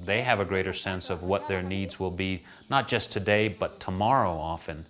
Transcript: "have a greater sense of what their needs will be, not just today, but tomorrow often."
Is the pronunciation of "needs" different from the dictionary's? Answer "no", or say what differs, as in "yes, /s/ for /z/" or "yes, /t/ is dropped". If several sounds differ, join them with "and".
no